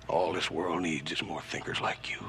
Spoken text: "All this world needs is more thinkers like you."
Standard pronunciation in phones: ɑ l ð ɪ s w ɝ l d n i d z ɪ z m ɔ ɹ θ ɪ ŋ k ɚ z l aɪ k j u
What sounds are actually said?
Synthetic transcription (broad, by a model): ɑ l ð ɪ s w ɝ l d n i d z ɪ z m ɔ ɹ θ ɪ ŋ k ɚ z l aɪ k j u